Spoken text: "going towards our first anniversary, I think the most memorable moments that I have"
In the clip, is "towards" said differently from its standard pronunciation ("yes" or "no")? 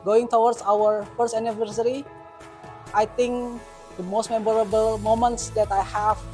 yes